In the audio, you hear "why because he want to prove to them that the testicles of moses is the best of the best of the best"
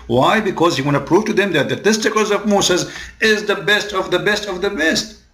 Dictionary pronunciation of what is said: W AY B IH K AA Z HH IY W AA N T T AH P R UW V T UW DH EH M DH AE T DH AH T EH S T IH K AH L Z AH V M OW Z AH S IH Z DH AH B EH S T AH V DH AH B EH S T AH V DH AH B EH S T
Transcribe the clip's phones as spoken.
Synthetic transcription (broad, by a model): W AY B IH K AA Z HH IY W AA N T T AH P R UW V T UW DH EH M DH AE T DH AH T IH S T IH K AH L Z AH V M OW S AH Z IH Z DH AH B EH S T AH V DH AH B EH S T AH V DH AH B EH S T